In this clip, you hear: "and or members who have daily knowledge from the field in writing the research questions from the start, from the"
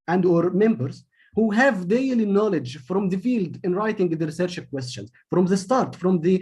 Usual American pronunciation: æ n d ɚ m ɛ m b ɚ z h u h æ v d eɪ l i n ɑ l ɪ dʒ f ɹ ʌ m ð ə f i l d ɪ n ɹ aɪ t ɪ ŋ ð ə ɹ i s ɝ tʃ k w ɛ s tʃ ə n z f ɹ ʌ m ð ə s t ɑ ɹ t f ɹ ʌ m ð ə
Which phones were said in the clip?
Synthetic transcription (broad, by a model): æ n d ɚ m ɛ m b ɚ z h u h æ v d eɪ l i n ɑ l ɪ dʒ f ɹ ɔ m ð ə f i l d ɪ n ɹ aɪ t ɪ ŋ ð ə ɹ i s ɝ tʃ k w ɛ s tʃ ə n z f ɹ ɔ m ð ə s t ɑ ɹ t f ɹ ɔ m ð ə